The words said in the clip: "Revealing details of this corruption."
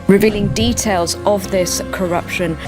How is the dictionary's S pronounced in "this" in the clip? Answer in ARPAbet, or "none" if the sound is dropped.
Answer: S